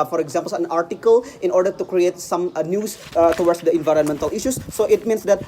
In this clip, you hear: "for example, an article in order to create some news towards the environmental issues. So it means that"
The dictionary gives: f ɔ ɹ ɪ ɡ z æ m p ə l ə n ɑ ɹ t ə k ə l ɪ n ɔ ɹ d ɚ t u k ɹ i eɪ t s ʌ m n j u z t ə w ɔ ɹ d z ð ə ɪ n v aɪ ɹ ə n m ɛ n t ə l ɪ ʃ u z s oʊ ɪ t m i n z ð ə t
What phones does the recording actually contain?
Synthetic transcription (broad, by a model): f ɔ ɹ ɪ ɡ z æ m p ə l ə n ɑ ɹ t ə k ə l ɪ n ɔ ɹ d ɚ t u k ɹ i eɪ t s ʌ m n j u s t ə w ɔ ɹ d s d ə ɪ n v aɪ ɹ ə n m ɛ n t ə l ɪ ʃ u s oʊ ɪ t m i n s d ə t